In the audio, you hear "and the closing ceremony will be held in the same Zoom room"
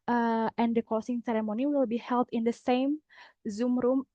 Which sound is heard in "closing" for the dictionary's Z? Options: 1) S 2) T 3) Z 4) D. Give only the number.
1